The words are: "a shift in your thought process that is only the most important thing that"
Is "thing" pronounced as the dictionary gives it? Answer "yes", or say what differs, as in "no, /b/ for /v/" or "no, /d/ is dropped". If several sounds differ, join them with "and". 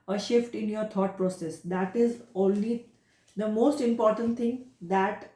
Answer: no, /t/ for /θ/